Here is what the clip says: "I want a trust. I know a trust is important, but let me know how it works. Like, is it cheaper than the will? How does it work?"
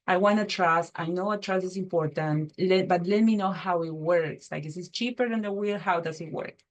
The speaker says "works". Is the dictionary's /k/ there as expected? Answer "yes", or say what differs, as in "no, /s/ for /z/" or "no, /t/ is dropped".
yes